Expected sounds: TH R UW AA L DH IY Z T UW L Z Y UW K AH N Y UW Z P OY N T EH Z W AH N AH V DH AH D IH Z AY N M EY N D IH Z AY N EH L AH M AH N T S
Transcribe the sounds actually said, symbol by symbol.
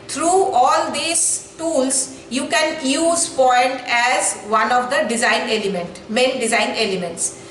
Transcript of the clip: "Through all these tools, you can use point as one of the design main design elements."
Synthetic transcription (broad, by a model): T R UW AA L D IY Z T UW L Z Y UW K AH N Y UW Z P OY N T EH Z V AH N AH V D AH D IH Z AY N M EY N D IH Z AY N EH L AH M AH N T S